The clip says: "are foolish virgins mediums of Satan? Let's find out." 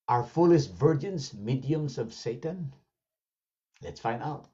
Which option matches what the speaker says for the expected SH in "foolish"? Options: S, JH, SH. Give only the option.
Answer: S